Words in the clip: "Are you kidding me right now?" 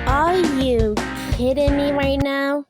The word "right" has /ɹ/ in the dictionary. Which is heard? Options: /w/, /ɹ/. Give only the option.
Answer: /ɹ/